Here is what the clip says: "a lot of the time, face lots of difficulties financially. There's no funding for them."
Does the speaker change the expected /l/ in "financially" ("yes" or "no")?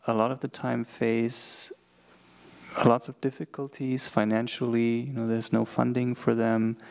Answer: yes